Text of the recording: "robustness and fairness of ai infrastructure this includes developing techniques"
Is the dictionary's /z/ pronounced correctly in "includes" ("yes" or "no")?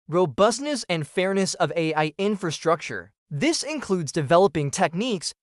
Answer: yes